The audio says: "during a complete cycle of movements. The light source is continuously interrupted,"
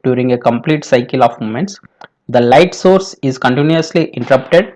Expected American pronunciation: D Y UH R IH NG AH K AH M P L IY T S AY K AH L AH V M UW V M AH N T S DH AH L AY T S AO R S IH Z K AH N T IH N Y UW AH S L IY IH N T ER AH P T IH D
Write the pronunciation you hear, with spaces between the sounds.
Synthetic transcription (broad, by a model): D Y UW R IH NG AH K AH M P L IY T S AY K AH L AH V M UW M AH N T S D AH L AY T S AO R S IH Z K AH N T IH N Y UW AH S L IY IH N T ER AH P T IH D